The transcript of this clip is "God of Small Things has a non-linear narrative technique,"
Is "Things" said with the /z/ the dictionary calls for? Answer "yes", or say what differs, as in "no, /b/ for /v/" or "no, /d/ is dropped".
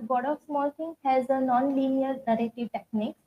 no, /z/ is dropped